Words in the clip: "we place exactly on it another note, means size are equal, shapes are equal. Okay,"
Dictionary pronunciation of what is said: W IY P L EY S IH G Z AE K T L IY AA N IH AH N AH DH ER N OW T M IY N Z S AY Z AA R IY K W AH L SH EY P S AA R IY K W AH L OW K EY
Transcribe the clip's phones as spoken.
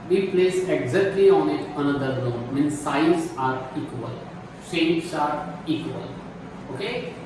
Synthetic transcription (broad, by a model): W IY P L EY S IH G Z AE K T L IY AA N IH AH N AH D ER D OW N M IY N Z S AY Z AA R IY K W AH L S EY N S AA R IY K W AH L OW K EY